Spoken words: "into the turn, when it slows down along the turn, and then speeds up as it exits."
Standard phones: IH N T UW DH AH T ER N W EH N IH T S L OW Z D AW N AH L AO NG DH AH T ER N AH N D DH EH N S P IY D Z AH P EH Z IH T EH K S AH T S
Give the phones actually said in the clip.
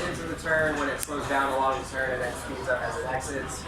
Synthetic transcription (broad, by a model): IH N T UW DH AH T ER N W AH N IH T S L OW Z D AW N AH L AO NG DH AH T ER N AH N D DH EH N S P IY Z AH P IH Z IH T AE K S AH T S